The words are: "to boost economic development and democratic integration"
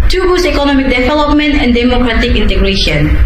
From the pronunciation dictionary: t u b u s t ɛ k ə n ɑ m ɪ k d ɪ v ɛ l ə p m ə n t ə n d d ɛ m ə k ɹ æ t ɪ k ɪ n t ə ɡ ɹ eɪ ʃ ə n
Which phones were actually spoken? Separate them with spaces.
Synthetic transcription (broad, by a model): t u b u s ɛ k ə n ɑ m ɪ k d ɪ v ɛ l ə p m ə n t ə n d d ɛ m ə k ɹ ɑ t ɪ k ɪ n t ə ɡ ɹ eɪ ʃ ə n